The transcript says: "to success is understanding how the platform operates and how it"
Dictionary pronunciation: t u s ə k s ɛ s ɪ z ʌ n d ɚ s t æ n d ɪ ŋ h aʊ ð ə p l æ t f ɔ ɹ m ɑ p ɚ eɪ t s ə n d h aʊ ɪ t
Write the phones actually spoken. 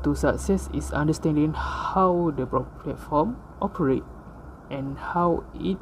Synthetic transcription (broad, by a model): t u s ə k s ɛ s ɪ s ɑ n d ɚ s t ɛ n d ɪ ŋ h aʊ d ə p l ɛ t f ɔ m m ɑ p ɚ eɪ t ə n h aʊ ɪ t